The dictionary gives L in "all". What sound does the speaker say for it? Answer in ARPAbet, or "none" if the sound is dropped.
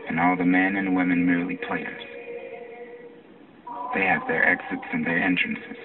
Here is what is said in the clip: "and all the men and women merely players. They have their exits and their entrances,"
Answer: L